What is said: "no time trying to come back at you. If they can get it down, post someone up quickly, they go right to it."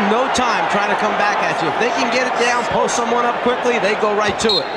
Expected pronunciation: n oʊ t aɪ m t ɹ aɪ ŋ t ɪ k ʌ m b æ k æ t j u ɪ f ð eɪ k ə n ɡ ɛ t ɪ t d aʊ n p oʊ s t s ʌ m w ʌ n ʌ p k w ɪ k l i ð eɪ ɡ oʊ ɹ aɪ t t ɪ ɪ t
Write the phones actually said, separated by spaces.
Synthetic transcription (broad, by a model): n oʊ t aɪ m t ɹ aɪ t ɪ k ʌ m b æ k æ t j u ɪ f ð eɪ k ə n ɡ ɛ t ɪ t d aʊ n p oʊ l s ʌ m w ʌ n ʌ p k w ɪ k l i ð eɪ ɡ oʊ ɹ aɪ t t ɪ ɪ t